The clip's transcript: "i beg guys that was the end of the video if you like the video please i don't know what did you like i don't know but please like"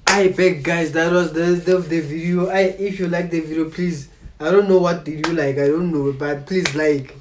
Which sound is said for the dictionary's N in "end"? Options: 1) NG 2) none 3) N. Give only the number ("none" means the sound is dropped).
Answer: 2